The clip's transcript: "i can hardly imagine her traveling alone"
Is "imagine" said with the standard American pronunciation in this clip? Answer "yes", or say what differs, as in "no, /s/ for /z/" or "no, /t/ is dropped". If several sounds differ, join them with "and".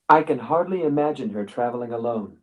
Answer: yes